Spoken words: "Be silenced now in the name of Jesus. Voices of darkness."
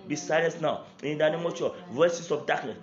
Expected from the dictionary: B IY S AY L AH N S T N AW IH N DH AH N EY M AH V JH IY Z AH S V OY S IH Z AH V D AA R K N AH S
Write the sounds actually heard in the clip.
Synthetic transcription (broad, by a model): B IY S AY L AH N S N AW IH N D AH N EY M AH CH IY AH V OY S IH S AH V D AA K N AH S